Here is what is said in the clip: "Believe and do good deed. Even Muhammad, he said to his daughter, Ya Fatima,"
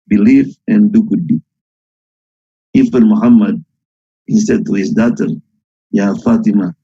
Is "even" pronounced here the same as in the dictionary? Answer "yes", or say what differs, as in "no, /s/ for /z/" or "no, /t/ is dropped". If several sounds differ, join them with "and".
no, /f/ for /v/